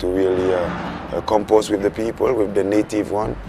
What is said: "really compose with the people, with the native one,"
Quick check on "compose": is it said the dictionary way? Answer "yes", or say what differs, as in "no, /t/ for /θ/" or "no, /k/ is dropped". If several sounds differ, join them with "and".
no, /s/ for /z/